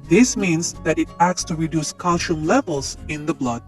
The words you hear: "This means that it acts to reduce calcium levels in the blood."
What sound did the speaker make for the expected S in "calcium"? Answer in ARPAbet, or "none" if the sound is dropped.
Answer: SH